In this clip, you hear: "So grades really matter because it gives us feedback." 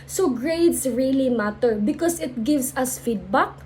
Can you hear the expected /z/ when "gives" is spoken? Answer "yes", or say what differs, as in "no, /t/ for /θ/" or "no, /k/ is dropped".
no, /s/ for /z/